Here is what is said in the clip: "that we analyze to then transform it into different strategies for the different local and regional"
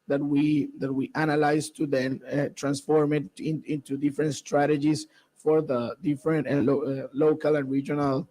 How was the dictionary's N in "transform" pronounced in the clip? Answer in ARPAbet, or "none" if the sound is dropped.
N